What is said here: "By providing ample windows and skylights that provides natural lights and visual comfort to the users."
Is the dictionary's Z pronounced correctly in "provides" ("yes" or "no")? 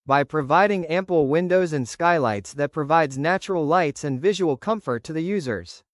yes